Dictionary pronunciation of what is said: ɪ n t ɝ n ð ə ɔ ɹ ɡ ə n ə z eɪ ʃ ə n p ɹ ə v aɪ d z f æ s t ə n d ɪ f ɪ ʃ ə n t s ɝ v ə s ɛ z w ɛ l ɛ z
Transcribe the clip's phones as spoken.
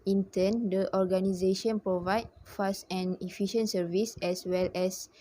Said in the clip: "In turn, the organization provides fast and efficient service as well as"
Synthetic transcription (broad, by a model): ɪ n t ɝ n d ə ɔ ɹ ɡ ə n ə z eɪ ʃ ə n p ɹ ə v aɪ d f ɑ s t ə n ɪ f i ʃ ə n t s ɝ v ə s ɛ s w ɛ l ɛ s